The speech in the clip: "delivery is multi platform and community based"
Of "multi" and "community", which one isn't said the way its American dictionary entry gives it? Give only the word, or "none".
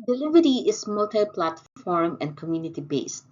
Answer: none